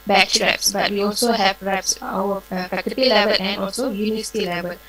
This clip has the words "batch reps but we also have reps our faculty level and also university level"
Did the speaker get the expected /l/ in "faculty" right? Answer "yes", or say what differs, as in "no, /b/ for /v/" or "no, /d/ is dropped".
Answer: no, /l/ is dropped